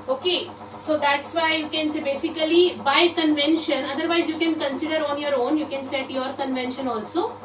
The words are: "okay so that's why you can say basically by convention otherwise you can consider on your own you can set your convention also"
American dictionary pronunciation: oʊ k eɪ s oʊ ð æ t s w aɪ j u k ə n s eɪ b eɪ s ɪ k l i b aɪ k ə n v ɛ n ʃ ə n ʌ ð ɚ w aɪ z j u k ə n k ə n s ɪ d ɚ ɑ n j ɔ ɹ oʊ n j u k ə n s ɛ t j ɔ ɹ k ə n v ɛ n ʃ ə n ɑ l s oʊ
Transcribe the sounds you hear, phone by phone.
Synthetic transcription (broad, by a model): oʊ k eɪ s oʊ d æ t s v aɪ j u k ə n s eɪ b eɪ s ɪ k l i b aɪ k ə n v ɛ n ʃ ə n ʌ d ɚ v aɪ z j u k ə n k ə n s ɪ d ɚ ɑ n j ɔ ɹ oʊ n j u k ə n s ɛ t j ɔ ɹ k ə n v ɛ n ʃ ə n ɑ l s oʊ